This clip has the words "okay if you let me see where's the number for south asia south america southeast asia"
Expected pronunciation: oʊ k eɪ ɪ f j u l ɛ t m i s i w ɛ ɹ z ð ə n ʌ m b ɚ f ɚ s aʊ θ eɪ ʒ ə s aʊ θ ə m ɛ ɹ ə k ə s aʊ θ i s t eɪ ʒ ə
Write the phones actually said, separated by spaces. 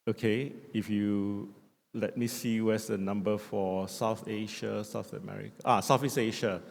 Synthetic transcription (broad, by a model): oʊ k eɪ ɪ f j u l ɛ t m i s i w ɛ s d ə n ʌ m b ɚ f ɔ s aʊ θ eɪ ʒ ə s aʊ θ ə m ɛ ɹ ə k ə s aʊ f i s eɪ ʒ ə